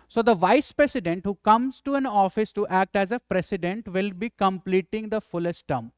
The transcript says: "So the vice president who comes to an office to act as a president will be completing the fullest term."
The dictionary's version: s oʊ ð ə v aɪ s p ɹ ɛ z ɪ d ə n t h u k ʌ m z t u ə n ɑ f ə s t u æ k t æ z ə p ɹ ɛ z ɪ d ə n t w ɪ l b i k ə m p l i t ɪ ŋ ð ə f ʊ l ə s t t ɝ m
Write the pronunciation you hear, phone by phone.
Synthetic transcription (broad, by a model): s oʊ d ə v aɪ s p ɹ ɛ s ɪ d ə n t h u k ʌ m z t u ə n ɑ f ə s t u æ k t æ z ə p ɹ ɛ s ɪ d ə n t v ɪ l b i k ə m p l i t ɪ ŋ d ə f ʊ l ə s t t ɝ m